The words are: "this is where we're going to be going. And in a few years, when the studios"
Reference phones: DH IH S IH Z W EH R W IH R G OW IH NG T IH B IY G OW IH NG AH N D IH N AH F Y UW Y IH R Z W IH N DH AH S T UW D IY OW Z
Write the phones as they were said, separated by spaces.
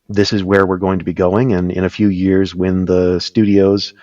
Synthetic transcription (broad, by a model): DH IH S IH Z W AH R W IH R G OW IH NG T IH B IY G OW IH NG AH N IH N AH F Y UW Y IH R Z W IH N DH AH S T UW D IY OW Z